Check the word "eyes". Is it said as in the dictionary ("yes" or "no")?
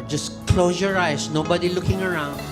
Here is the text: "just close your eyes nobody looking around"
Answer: no